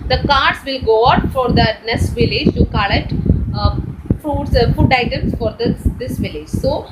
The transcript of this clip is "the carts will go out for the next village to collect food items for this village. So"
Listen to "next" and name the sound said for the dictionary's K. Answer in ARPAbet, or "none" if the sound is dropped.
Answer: none